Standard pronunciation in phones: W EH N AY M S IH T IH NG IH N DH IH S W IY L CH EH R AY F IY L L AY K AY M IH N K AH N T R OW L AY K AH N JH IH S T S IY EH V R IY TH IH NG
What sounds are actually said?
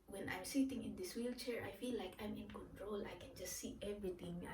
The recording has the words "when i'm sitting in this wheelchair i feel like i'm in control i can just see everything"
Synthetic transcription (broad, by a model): W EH N AY M S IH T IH NG IH N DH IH S W IY L CH EH R AY F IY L L AY K AY M IH N K AH N T R OW L AY K AH N JH IH S T S IY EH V R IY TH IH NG